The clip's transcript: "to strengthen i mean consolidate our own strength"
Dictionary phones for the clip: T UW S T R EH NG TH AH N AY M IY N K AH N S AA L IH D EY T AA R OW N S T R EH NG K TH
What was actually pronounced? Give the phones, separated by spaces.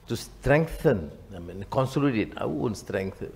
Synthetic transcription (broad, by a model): T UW S T R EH NG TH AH N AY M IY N K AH N S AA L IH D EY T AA W OW N S T R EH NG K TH